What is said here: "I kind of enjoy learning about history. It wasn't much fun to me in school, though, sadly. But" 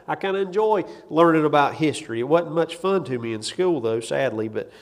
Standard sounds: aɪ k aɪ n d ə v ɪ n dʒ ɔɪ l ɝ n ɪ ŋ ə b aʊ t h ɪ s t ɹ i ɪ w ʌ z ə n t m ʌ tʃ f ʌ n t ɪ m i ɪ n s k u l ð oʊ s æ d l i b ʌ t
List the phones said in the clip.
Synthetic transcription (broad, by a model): aɪ k aɪ n d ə ɪ n dʒ ɔɪ l ɝ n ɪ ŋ ə b aʊ t h ɪ s t ɹ i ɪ w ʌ ə t m ʌ tʃ f ʌ n t ɪ m i ɪ n s k u l ð oʊ s æ d l i b ʌ t